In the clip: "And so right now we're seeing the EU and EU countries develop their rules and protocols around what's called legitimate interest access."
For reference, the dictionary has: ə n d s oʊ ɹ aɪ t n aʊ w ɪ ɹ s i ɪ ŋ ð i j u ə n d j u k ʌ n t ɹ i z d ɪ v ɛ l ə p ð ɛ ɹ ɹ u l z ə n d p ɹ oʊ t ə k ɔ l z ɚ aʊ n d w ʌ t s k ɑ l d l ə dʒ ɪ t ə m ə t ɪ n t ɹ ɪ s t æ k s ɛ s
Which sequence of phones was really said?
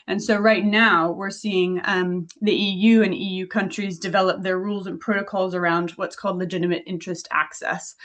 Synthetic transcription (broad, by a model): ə n s oʊ ɹ aɪ t n aʊ w ɪ ɹ s i ɪ ŋ ð i j u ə n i j u k ʌ n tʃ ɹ i z d ɪ v ɛ l ə p ð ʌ ɹ ɹ u l z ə n p ɹ oʊ t ə k ɔ l z ɚ aʊ n d w ʌ t s k ɑ l d l ə dʒ ɪ t ə m ə t ɪ n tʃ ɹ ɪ s t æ k s ɛ s